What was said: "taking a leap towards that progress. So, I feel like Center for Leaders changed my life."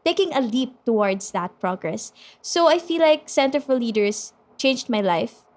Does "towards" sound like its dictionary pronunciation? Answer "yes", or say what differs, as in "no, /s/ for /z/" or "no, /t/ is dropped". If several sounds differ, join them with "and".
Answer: no, /s/ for /z/